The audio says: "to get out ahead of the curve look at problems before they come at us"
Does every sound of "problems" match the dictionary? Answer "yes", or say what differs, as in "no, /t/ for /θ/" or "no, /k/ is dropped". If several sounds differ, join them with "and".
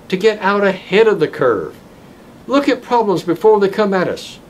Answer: yes